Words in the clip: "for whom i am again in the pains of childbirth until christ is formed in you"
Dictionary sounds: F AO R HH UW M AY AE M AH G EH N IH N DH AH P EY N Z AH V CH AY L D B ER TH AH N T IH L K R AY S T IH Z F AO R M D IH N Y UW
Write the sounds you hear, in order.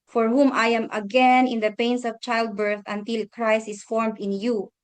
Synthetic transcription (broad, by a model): F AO R HH UW M AY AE M AH G EH N IH N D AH P EY N S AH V CH AY L D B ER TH AH N T IH L K R AY S IH S F AO R M D IH N Y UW